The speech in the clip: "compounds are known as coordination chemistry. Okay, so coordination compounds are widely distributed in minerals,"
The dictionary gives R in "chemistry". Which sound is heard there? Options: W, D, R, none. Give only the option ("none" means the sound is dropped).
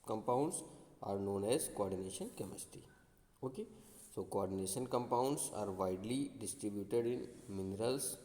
none